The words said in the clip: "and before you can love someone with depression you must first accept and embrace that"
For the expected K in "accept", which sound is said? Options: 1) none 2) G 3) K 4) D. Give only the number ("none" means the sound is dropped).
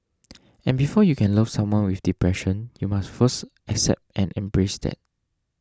3